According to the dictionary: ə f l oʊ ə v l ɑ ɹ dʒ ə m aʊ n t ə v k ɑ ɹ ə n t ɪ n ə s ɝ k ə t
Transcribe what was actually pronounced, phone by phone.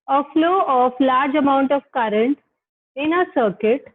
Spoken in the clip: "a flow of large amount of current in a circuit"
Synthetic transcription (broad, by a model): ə f l oʊ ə f l ɑ ɹ dʒ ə m aʊ n t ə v k ɑ ɹ ə n t ɪ n ə s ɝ k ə t